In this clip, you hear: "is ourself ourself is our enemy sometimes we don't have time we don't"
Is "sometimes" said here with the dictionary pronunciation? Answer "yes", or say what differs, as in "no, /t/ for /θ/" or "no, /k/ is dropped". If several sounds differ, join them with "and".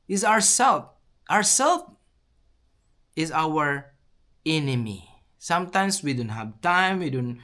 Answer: no, /s/ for /z/